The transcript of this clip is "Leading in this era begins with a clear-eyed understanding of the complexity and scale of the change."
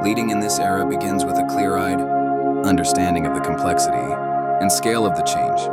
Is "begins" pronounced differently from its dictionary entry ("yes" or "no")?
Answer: no